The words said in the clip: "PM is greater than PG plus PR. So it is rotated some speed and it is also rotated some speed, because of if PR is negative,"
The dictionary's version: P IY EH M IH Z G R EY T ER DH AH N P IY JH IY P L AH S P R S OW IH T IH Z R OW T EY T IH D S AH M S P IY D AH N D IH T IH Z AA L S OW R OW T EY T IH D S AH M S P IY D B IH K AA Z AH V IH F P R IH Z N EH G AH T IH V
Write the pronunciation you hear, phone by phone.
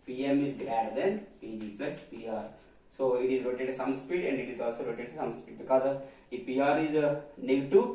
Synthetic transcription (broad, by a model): P IY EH M IH Z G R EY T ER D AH N P IY JH IY P L AH S P R S OW IH T IH Z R OW T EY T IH S AH M S P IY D AH N D IH T IH Z AA L S OW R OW T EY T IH S AH M S P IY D B IH K AA Z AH P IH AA R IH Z N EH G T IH